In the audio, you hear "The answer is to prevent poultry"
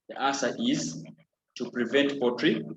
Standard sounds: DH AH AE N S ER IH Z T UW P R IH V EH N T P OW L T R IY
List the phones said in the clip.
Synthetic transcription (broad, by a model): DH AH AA S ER IH Z T UW P R IH V EH N T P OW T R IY